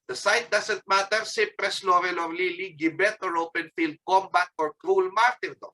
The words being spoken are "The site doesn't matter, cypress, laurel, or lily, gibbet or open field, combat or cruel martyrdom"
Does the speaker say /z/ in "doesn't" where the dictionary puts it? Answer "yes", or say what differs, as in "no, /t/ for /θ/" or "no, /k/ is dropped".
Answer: no, /s/ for /z/